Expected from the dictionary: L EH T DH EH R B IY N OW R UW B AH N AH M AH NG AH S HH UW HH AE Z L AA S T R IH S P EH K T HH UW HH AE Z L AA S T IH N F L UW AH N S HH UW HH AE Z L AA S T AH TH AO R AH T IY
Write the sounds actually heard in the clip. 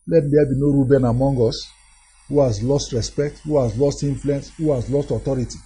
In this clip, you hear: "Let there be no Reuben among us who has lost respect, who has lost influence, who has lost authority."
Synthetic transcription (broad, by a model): L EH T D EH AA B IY N OW R UW B AH N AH M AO NG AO S HH UW HH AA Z L AA S T R IH S P EH K T HH UW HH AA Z L AA S T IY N F L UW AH N S HH UW HH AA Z L AA S T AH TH AO R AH T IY